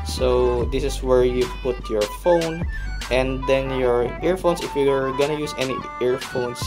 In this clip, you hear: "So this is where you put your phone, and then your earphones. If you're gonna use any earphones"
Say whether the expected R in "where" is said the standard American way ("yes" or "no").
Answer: yes